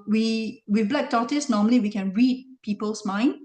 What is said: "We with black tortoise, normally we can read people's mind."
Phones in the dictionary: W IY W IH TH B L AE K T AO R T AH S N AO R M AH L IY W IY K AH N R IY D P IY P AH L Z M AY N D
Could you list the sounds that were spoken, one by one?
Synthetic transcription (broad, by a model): W IY W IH B L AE K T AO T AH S N AO M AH L IY W IY K AH N R IY D P IY P AH L S M AY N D